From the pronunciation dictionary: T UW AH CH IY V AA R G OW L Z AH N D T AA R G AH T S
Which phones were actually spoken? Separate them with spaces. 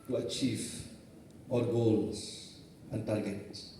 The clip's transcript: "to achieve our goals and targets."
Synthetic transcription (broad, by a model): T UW AH CH IY V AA L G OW L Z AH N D T AA G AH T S